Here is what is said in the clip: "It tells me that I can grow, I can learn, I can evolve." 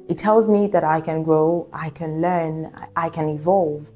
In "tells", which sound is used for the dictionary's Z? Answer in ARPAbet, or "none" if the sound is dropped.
Z